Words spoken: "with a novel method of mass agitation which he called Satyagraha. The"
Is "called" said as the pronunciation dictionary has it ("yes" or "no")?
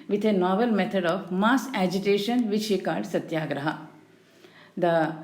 no